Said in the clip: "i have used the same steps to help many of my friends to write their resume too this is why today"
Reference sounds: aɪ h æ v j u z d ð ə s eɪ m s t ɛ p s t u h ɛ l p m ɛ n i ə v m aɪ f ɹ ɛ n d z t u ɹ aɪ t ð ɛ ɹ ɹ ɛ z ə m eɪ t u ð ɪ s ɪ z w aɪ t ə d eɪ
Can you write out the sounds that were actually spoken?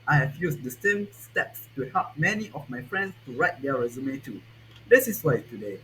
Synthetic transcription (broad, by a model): aɪ h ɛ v j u s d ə s eɪ m s t ɛ p s t u h ɛ l p m ɛ n i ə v m aɪ f ɹ ɛ n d s t u ɹ aɪ t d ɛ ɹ ɹ ɛ z ə m eɪ t u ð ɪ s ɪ s w aɪ t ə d eɪ